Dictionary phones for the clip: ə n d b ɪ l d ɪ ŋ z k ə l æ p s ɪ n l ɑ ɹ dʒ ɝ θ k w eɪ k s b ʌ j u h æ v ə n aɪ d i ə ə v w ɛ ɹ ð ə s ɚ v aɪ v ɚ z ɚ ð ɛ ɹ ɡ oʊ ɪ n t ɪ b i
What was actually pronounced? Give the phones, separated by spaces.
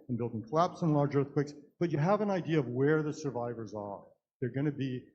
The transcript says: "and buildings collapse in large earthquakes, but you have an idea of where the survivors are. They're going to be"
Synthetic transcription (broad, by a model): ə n b ɪ l d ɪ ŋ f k l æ p s ɪ n l ɑ ɹ dʒ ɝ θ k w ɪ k s b ʌ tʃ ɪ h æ v ə n aɪ d i ə ə v w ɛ ɹ ð ə s ɚ v aɪ v ɚ z ɚ ð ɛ ɹ ɡ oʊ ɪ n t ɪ b i